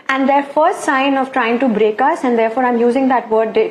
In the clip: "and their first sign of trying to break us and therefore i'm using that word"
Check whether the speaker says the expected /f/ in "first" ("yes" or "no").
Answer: yes